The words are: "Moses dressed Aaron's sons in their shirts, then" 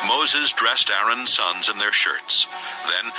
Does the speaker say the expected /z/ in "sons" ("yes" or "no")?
yes